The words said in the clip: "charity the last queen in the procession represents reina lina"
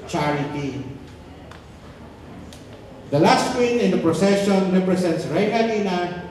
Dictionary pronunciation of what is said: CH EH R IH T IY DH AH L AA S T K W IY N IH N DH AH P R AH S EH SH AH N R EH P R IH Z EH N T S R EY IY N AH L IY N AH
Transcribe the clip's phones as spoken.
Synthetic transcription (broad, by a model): CH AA R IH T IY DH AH L AA S T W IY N IH N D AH P R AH S EH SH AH N R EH P R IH S EH N T S R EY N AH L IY N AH